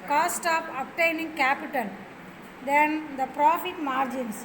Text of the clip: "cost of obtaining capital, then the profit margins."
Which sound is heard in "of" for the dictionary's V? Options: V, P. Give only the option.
P